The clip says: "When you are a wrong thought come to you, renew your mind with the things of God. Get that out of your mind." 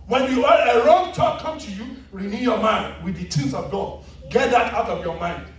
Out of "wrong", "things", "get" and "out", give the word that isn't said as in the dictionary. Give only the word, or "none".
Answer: things